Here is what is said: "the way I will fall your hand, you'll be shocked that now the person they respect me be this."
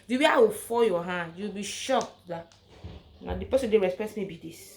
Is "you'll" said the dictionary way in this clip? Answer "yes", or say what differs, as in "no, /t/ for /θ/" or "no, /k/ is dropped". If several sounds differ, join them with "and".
no, /w/ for /l/